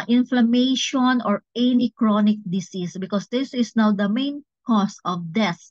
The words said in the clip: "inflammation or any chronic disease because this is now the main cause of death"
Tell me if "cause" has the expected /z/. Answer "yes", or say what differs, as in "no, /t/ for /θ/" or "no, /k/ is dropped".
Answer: no, /s/ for /z/